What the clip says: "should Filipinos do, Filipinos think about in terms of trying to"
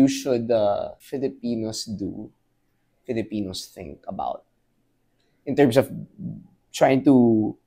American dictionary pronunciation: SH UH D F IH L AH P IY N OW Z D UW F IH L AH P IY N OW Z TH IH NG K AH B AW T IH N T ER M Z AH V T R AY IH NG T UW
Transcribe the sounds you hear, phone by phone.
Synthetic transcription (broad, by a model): SH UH D F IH L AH P IY N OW S D UW F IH L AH P IY N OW S TH IH NG K AH B AW T IH N T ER M S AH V T R AY IH NG T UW